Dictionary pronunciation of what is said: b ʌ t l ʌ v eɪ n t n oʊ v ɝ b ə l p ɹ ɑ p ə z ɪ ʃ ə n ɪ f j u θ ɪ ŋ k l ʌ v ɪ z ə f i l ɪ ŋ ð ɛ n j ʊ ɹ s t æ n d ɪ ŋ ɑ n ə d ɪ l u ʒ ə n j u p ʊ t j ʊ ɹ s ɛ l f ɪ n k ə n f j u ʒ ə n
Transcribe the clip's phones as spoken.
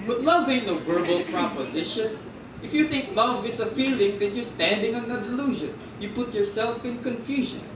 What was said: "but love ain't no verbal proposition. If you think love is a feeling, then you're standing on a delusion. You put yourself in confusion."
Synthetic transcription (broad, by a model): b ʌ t l ʌ v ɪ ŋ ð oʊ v ɝ b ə l p ɹ ɑ p ə z ɪ ʃ ə n ɪ f j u θ ɪ ŋ k l ʌ v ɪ s ə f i l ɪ ŋ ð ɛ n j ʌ ɹ s t æ n d ɪ ŋ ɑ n ə d ɪ l u ʒ ə n j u p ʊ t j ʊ ɹ s ɛ l f ɪ n k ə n f j u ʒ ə n